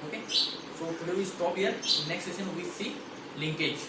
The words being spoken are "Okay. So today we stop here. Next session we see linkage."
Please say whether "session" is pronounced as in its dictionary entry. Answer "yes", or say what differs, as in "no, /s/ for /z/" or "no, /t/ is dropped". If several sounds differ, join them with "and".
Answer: no, /s/ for /ʃ/